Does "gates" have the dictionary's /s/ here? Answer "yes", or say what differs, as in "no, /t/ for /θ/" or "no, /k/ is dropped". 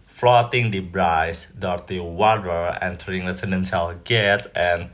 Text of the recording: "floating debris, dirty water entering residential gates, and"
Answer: no, /s/ is dropped